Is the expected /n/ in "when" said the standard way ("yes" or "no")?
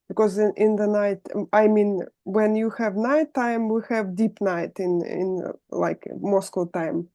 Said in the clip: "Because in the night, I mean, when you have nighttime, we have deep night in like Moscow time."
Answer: yes